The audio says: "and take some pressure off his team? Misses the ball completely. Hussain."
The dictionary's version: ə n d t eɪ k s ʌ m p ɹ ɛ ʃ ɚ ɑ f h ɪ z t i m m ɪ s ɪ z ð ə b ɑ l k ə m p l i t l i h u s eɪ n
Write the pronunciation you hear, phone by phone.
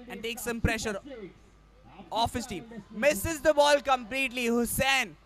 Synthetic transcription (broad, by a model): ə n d t eɪ k s ʌ m p ɹ ɛ ʃ ɚ ɑ f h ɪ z t i m m ɪ s ɪ z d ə b ɑ l k ə m p l i t l i h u s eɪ n